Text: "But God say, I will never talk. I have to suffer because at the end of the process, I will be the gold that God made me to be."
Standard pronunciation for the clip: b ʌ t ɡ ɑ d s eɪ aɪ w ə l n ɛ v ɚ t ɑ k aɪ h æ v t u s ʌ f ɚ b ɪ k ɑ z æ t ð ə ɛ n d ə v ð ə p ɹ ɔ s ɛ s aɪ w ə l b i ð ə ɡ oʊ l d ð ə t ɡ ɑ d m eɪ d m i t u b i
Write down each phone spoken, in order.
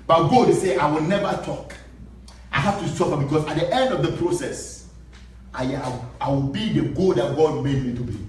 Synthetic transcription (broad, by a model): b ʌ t ɡ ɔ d s eɪ aɪ w ə l n ɛ v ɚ t ɑ k aɪ h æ f t u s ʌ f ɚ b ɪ k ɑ s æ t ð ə ɛ n d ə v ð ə p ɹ ɔ s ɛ s aɪ w ə l b i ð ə ɡ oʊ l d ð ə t ɡ ɑ d m eɪ d m i t u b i